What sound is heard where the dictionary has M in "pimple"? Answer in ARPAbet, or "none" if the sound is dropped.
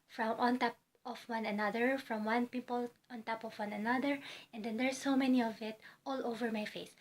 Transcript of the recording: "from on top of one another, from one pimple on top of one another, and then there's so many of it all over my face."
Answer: none